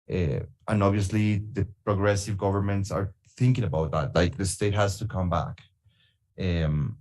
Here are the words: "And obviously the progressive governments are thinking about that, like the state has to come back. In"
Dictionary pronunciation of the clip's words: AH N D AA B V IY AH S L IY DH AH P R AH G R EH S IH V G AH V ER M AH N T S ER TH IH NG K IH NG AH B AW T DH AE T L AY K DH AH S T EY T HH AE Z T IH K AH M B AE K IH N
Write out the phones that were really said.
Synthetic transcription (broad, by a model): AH N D AA B V IY AH S L IY DH AH P R AH G R EH S IH V G AH V ER M AH N T S ER TH IH NG K IH NG AH B AW T DH AE T L AY K DH AH S T EY T HH AE Z T IH K AH M B AE K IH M